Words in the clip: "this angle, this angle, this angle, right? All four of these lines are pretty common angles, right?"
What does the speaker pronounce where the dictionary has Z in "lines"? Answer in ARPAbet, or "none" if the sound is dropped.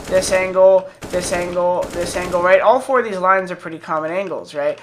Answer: Z